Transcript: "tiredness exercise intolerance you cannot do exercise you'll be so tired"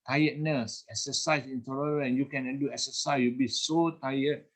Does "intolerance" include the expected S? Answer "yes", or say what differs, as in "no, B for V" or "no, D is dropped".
no, S is dropped